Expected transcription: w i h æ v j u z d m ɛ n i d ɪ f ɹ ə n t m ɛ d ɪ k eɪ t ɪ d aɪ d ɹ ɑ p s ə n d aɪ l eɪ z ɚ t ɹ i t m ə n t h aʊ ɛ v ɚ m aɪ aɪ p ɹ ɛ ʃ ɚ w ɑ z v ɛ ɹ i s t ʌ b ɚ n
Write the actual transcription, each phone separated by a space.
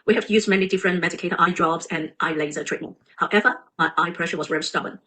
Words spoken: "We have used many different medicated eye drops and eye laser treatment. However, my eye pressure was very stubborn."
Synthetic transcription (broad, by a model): w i h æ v j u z m ɛ n i d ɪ f ɹ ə n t m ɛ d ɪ k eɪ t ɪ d aɪ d ɹ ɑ b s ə n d aɪ l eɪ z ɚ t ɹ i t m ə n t h aʊ ɛ v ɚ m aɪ aɪ p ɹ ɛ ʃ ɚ w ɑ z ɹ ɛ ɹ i s t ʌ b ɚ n